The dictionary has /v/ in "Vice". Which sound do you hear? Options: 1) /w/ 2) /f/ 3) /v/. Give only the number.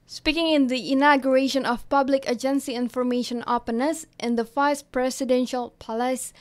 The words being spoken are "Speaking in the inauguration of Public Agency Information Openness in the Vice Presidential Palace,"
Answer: 2